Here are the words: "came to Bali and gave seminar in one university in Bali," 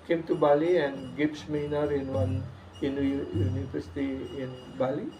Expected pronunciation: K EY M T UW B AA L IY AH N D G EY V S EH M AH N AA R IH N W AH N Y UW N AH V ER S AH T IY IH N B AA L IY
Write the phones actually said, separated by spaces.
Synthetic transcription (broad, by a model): K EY M T UW B AA L IY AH N G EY P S M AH N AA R IH N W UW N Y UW N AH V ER S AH T IY IH N B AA L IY